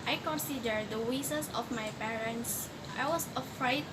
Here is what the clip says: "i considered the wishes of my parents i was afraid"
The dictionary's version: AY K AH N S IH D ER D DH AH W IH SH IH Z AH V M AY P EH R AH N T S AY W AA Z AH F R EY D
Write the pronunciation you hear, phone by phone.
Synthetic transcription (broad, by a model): AY K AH N S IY D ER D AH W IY S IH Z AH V M AY P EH R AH N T S AY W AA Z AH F R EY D